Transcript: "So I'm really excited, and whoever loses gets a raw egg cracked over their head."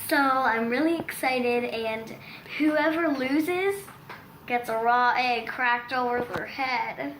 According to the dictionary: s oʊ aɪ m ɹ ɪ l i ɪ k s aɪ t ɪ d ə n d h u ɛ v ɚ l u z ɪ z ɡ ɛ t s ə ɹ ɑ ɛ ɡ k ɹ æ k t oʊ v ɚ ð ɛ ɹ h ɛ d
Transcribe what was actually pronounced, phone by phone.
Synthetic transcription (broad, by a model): s oʊ aɪ m ɹ ɪ l i ɪ k s aɪ t ɪ d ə n h u ɛ v ɚ l u z ɪ z ɡ ɛ t s ə ɹ ɑ ɛ ɡ k ɹ æ k t oʊ v ɚ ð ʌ ɹ h ɛ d